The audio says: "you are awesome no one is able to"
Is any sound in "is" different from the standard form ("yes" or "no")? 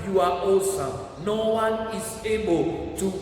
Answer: yes